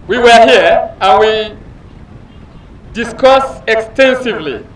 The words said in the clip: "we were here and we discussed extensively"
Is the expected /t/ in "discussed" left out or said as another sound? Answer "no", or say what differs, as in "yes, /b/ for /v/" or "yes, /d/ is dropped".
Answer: yes, /t/ is dropped